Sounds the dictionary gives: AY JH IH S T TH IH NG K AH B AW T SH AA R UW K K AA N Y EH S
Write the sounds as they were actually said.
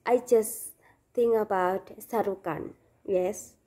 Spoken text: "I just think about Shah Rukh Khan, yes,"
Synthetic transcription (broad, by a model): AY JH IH S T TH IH NG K AH B AW T S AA R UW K K AA N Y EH S